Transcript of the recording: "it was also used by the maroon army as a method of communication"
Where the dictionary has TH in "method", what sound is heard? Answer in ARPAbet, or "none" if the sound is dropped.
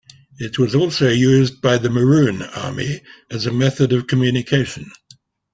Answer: TH